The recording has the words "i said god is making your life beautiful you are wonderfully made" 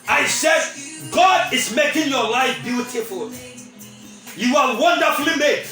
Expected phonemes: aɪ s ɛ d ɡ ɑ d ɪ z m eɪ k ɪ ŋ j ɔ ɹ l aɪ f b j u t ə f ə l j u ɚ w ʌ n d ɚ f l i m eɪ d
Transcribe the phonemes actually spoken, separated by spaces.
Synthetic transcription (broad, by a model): aɪ s ɛ d ɡ ɑ d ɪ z m eɪ k ɪ ŋ j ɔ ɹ l aɪ f b j u t ə f ə l j u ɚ w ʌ n d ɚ f l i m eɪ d